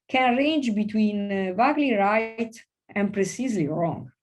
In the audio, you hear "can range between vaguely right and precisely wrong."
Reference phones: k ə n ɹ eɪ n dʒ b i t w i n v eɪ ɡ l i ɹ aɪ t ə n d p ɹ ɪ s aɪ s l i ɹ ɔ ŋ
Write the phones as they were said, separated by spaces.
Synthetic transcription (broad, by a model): k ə n ɹ eɪ n dʒ b i t w i n v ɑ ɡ l i ɹ aɪ t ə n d p ɹ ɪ s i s l i ɹ ɔ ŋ